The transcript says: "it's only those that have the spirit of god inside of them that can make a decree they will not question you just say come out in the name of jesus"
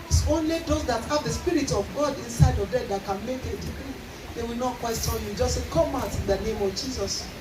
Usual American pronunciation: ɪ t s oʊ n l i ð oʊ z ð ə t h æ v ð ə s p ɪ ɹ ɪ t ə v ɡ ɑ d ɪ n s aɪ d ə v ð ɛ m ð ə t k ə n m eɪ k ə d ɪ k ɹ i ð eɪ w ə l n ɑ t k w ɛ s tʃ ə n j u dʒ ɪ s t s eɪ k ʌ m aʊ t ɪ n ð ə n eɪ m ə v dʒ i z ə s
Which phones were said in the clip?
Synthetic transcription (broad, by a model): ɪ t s oʊ n l i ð oʊ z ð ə t h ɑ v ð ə s p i ɹ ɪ t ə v ɡ ɑ d ɪ n s aɪ d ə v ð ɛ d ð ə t k ə n m eɪ k ə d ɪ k ɹ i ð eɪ w ə l n ɑ t k w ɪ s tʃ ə l j u dʒ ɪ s s eɪ k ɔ m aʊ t ɪ n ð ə n eɪ m ə v dʒ i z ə s